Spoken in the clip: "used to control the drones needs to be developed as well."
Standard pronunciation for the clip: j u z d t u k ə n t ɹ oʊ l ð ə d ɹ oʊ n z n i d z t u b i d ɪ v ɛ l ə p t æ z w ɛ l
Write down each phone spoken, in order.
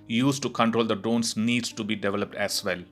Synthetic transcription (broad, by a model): j u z t u k ə n t ɹ oʊ l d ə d oʊ n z n i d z t u b i d ɪ v ɛ l ə p t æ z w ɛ l